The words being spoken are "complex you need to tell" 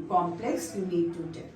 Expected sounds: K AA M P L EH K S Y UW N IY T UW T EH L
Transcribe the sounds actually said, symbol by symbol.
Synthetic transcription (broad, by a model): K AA M P L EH K S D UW L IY T UW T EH